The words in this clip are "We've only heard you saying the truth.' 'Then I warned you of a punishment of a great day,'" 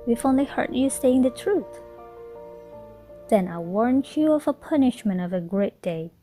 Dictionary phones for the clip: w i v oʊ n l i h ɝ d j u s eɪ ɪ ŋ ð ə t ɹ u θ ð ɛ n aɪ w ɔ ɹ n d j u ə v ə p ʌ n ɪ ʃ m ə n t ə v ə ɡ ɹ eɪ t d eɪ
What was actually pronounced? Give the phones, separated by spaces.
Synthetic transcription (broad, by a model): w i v oʊ n l i h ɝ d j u s eɪ ɪ ŋ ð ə t ɹ u θ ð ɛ n aɪ w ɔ ɹ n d j u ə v ə p ʌ n ɪ ʃ m ə n t ə v ə ɡ ɹ eɪ t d eɪ